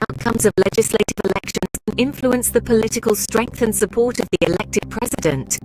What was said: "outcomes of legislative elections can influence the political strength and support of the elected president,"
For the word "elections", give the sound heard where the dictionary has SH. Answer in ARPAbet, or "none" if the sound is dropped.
SH